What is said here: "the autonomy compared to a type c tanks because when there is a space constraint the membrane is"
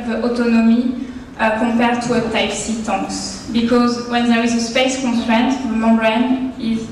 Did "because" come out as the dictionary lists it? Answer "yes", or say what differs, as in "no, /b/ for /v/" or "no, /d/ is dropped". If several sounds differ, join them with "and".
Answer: yes